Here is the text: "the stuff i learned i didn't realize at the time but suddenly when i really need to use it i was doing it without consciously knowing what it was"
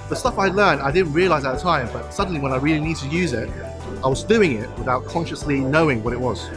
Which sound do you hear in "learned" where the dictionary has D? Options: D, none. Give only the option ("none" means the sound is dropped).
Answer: D